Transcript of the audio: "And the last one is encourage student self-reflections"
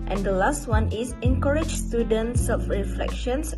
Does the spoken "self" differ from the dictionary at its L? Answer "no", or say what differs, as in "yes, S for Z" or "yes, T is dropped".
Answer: yes, L is dropped